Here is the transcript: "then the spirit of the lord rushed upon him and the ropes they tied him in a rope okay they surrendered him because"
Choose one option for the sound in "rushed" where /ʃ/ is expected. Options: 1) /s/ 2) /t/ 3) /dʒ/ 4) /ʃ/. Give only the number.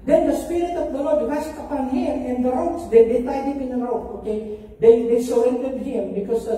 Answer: 1